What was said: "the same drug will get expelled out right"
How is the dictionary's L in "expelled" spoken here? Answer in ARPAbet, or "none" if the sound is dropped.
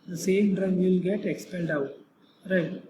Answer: N